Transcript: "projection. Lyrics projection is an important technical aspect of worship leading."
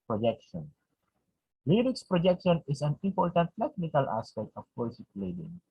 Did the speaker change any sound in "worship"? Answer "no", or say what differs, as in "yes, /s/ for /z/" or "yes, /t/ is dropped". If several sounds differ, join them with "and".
yes, /s/ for /ʃ/